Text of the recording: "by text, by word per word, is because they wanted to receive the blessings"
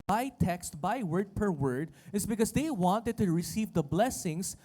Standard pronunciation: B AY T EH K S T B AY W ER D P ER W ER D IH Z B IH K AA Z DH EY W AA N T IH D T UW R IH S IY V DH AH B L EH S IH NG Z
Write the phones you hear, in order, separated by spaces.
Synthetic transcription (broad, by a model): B AY T EH K S T B AY W ER D P ER W ER D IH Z B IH K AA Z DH EY W AA N T IH D T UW R IH S IY V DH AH B L EH S IH NG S